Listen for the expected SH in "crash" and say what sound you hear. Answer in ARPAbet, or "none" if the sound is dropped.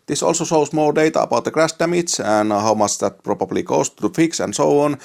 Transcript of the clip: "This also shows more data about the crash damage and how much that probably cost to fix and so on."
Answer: S